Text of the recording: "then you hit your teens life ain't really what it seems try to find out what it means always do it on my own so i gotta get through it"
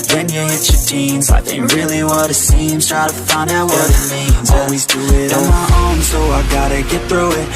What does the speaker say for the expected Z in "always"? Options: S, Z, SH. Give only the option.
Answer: Z